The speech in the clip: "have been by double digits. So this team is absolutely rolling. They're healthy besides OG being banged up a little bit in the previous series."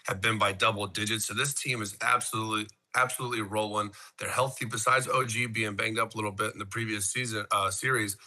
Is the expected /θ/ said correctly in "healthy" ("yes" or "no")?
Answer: yes